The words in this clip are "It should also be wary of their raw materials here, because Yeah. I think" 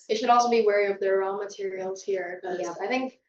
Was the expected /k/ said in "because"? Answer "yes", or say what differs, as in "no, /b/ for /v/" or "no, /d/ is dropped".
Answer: no, /k/ is dropped